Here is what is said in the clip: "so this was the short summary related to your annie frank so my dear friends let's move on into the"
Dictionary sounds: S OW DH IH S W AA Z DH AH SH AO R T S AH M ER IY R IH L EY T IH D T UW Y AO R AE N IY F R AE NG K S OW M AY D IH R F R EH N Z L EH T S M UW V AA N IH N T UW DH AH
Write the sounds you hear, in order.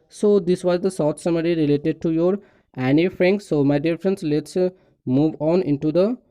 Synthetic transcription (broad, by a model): S OW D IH S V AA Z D AH S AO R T S AH M ER IY R IH L EY T IH D T UW Y AO R AE N IY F R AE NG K S OW M AY D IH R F R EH N S L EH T S M UW V AA N IH N T UW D AH